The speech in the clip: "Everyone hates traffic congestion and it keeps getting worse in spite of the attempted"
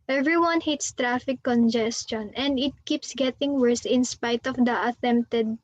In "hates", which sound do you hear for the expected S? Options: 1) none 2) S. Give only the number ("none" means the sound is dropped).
2